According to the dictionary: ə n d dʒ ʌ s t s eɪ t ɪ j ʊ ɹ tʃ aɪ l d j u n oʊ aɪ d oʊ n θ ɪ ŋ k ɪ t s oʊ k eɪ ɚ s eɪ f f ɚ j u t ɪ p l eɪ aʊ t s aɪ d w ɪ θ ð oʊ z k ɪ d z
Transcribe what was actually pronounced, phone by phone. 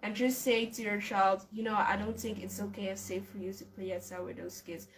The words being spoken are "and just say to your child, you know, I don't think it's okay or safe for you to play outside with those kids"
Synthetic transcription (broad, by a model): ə n dʒ ʌ s t s eɪ t ɪ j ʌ ɹ tʃ aɪ l d j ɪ n oʊ aɪ d oʊ n θ ɪ ŋ k ɪ t s oʊ k eɪ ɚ s eɪ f f ɚ j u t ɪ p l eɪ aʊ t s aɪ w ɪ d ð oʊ s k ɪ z